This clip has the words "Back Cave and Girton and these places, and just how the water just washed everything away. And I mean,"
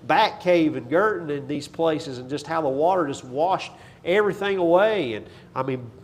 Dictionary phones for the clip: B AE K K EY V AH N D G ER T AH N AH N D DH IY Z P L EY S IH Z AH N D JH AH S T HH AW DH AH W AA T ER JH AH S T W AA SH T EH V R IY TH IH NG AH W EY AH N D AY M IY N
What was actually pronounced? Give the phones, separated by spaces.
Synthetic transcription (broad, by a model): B AE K K EY V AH N G ER T N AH N DH IY Z P L EY S IH Z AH N JH AH S T HH AW DH AH W AA T ER JH AH S T W AA SH T EH V R IY TH IH NG AH W EY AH N AY M IY N